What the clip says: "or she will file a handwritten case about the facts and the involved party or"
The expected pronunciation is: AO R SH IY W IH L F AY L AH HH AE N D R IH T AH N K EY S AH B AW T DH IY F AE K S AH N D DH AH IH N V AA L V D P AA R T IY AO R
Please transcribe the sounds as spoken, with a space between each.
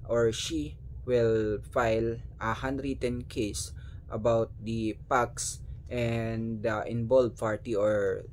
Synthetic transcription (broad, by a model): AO R SH IY W IH L F AY L AH HH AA N D R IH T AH N K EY S AH B AW T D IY P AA K S AH N D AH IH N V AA L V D P AA R T IY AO R